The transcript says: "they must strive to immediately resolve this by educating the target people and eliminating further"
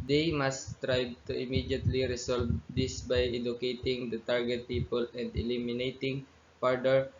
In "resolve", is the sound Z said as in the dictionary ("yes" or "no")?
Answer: no